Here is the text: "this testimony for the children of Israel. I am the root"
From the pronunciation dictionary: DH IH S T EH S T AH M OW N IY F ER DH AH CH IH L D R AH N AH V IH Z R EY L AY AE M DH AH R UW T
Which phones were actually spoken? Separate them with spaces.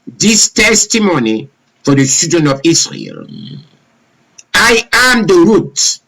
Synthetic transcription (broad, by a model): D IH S T EH S T AH M OW N IY F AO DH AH S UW D AH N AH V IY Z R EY L AY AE M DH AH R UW T